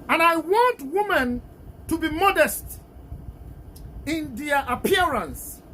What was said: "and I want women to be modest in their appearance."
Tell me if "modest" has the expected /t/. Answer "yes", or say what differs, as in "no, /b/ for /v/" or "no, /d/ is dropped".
yes